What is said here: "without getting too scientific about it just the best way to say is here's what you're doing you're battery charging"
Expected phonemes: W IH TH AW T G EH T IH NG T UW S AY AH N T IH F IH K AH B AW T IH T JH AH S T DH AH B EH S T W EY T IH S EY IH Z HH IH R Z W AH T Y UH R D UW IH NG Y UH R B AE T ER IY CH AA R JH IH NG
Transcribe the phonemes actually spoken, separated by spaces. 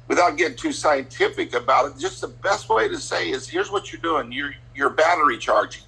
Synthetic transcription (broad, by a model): W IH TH AW T G EH T IH NG T UW S AY AH N T IH F IH K AH B AW T IH T JH AH S T DH AH B EH S T W EY T IH S EY IH Z HH IH R Z W AH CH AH R D UW IH NG Y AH R B AE T ER IY CH AA R JH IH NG